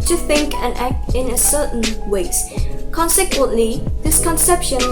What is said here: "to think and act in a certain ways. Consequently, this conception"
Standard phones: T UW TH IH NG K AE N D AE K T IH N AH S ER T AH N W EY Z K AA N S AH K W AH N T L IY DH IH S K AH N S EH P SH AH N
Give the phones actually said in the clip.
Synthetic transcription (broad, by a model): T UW TH IH NG K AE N AE K T IH N AH S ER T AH N W EY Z K AA N S AH K W AH N T L IY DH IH S K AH N S EH P SH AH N